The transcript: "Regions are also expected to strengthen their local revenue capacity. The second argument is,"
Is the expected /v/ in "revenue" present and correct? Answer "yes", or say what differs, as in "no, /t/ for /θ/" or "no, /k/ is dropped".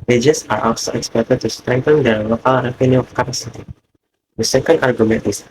no, /p/ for /v/